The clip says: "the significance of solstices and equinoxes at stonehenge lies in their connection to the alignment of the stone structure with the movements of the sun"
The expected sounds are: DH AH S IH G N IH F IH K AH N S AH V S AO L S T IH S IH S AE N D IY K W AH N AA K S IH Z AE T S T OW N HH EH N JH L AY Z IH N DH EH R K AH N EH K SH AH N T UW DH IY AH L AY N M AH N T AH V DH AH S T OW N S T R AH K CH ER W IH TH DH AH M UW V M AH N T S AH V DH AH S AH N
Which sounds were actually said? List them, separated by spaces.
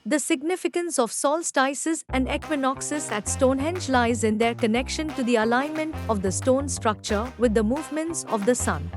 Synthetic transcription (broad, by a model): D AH S IH G N IH F IH K AH N S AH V S AO L S T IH S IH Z AE N D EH K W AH N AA K S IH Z AE T S T OW N HH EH N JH L AY Z IH N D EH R K AH N EH K SH AH N T UW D IY AH L AY N M AH N T AH V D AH S T OW N S T R AH K CH ER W IH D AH M UW V M AH N T S AH V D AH S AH N